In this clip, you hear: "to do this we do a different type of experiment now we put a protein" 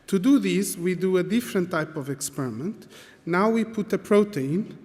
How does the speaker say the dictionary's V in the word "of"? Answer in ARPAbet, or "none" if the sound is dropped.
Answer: V